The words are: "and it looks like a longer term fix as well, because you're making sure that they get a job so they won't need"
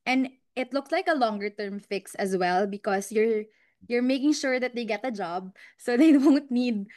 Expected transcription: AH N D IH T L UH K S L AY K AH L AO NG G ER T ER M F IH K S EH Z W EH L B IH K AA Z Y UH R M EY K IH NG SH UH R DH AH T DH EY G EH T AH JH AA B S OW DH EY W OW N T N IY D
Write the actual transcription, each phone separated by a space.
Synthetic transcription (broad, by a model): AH N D IH T L UH K S L AY K AH L AO NG G ER T ER M F IH K S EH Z W EH L B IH K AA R Y UH R M EY K IH NG SH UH R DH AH T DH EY G EH T AH JH AA B S OW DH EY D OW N T N IY D